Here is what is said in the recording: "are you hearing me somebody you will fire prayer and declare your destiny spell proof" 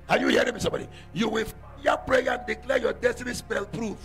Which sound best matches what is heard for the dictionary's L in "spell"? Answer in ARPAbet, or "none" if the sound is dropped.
L